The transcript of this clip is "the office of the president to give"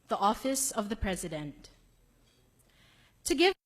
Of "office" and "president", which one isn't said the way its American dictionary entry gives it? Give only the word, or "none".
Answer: none